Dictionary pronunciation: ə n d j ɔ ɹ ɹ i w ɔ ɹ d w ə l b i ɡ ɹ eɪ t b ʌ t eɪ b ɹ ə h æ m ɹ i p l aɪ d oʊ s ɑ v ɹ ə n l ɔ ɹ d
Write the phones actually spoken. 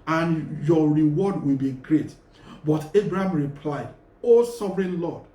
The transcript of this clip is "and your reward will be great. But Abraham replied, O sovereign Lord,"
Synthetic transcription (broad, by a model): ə n j ɔ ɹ ɹ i w ɔ d w ə l b i ɡ ɹ eɪ t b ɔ t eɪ b ɹ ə h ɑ m ɹ i p l aɪ d oʊ s ɑ v ɹ ə n l ɔ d